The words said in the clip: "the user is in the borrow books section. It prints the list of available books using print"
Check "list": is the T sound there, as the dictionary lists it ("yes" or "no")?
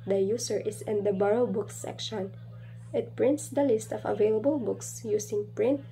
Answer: yes